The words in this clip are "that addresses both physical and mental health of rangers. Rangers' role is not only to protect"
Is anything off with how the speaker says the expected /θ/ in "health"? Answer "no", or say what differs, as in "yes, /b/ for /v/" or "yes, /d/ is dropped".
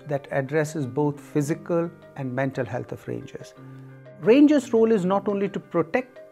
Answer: yes, /t/ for /θ/